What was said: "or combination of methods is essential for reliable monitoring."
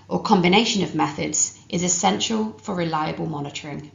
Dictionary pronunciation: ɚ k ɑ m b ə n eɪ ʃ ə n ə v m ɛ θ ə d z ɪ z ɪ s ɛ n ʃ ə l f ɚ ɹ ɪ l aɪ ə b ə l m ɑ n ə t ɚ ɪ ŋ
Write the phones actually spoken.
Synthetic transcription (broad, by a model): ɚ k ɑ m b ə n eɪ ʃ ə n ə v m ɛ θ ə d z ɪ z ɪ s ɛ n ʃ ə l f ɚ ɹ ɪ l aɪ ə b ə l m ɑ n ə t ɚ ɪ ŋ